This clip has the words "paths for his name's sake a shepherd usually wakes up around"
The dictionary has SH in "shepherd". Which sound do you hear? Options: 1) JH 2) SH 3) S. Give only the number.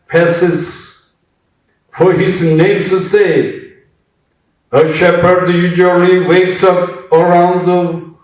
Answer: 2